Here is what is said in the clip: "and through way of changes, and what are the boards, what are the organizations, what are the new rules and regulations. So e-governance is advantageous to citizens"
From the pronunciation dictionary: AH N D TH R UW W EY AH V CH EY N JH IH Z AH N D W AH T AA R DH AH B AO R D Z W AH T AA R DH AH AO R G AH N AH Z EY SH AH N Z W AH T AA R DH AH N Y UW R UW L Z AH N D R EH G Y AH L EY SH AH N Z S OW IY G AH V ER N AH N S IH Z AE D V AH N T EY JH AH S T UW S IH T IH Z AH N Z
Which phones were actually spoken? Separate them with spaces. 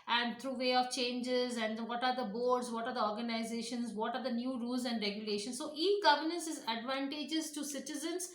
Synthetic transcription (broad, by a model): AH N D T R UW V EY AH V CH EY N JH IH Z AH N D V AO T AA R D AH B AO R D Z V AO T AA R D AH AO R G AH N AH Z EY SH AH N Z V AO T AA R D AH N Y UW R UW L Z AH N D R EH G Y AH L EY SH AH N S S OW IY G AH V ER N AH N S IH Z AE D V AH N T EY JH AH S T UW S IH T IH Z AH N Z